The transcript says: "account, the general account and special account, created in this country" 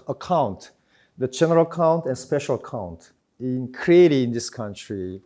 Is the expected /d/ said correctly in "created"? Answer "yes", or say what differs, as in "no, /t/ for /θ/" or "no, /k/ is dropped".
no, /d/ is dropped